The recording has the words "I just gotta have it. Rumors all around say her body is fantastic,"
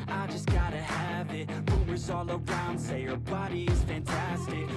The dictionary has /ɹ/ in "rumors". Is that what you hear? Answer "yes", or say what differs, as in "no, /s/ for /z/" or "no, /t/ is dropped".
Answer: no, /w/ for /ɹ/